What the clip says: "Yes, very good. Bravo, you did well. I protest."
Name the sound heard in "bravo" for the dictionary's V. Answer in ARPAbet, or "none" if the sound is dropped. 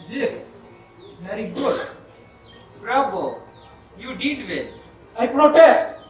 B